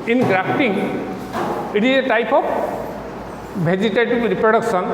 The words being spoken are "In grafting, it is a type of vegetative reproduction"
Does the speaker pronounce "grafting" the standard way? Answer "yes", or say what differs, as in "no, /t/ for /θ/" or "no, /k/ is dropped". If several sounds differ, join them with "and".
no, /p/ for /f/